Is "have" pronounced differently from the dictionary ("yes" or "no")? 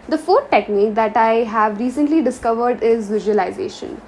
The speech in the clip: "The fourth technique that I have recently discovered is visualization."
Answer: no